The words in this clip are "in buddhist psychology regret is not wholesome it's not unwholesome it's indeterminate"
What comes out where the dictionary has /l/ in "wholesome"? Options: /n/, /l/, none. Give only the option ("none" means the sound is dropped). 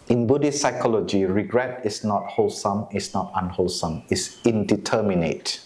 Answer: /l/